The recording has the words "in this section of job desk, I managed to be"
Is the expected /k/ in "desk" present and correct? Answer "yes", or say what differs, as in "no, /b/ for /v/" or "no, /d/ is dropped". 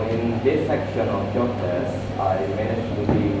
no, /k/ is dropped